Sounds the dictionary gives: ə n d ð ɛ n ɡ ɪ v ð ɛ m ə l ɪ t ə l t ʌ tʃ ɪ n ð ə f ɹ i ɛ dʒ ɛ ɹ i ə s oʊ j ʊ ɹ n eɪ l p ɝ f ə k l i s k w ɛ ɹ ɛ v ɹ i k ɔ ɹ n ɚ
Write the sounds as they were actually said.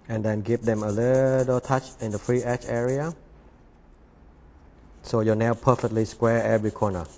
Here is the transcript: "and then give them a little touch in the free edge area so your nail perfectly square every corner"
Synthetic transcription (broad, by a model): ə n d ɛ n ɡ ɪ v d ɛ m ə l ɪ t ə l t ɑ tʃ ɪ n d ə f ɹ i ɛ tʃ ɛ ɹ i ə s oʊ j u n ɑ w p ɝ f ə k l i s k w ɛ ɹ ɛ v ɹ i k ɔ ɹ n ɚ